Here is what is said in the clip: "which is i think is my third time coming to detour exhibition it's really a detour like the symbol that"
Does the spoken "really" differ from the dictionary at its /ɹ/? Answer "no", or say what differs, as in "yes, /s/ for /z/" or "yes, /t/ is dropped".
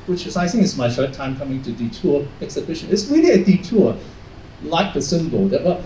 yes, /w/ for /ɹ/